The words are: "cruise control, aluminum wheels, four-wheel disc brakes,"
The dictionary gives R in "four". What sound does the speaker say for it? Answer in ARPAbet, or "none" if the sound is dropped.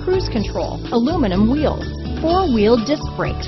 R